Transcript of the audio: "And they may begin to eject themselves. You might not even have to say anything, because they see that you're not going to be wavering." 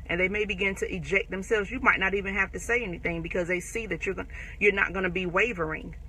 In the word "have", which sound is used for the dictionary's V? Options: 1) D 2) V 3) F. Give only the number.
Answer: 3